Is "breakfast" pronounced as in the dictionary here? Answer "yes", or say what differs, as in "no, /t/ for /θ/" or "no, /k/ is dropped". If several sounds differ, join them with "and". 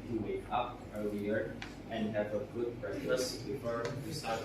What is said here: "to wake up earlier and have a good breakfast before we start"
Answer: no, /f/ is dropped